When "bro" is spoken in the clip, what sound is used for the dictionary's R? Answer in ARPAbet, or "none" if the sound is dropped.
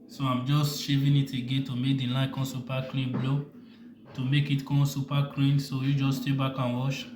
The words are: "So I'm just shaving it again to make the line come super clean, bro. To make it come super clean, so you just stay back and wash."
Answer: L